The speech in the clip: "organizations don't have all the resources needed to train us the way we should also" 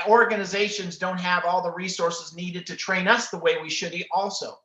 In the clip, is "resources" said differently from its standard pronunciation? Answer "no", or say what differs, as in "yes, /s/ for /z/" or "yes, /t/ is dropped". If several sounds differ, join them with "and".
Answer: no